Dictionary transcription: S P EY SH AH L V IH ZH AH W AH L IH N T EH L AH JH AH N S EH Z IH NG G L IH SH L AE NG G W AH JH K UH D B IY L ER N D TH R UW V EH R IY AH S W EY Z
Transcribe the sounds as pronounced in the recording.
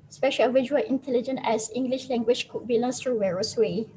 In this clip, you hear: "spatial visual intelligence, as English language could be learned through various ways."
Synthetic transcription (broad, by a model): S P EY SH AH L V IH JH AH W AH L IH N T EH L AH JH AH N EH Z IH NG G L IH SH L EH NG G W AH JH K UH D B IY L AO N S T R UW W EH R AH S W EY